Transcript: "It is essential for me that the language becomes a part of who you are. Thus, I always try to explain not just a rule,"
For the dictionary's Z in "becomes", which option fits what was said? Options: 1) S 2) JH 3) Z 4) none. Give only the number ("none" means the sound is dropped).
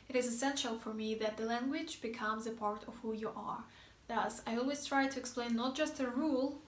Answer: 3